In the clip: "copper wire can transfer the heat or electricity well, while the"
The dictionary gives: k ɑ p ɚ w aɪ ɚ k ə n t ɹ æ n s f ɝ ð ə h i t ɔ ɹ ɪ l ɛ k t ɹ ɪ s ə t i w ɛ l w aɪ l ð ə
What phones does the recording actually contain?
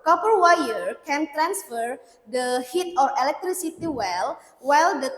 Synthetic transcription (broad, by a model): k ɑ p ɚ w aɪ ɚ k ə n t ɹ æ n s f ɝ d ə h i t ɔ ɹ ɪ l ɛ k t ɹ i s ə t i w ɛ l w aɪ l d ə